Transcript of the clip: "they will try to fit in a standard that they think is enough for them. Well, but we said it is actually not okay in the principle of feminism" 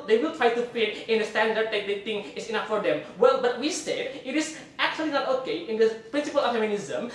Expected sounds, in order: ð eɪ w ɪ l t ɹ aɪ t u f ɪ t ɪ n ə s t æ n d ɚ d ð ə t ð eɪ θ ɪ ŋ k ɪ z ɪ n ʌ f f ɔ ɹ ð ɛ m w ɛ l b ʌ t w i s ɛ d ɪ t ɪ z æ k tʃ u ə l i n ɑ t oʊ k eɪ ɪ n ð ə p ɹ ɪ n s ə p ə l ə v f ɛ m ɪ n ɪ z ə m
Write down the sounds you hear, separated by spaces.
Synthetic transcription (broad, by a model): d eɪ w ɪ l t ɹ aɪ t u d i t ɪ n ə s t æ n d ɚ d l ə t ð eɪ t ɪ ŋ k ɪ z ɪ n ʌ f f ɔ ɹ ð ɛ m w ɛ l b ʌ t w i s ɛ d ɪ t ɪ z æ k tʃ u ə l i n ɑ t oʊ k eɪ ɪ n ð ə p ɹ ɪ n s ə p ə l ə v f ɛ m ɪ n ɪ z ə m